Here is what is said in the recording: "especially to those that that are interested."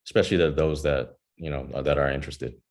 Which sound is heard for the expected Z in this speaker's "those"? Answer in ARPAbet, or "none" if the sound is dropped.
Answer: Z